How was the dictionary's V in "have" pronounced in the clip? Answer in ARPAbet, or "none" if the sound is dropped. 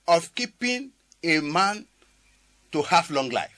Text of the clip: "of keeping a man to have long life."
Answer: F